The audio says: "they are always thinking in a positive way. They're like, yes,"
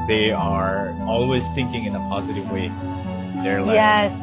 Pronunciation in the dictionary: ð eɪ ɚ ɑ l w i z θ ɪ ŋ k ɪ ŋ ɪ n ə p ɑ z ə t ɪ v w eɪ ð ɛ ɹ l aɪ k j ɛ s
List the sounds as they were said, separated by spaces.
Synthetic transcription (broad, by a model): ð eɪ ɚ ɑ l w i z θ ɪ ŋ k ɪ ŋ ɪ n ə p ɑ z ə t ɪ v w eɪ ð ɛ ɹ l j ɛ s